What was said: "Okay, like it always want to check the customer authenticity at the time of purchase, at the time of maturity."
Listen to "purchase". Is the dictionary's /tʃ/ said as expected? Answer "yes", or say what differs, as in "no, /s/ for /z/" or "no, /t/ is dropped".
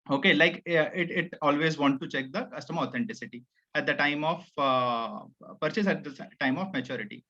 yes